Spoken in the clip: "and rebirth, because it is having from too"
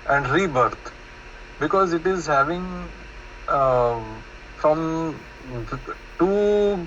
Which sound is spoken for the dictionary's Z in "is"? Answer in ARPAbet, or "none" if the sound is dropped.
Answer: Z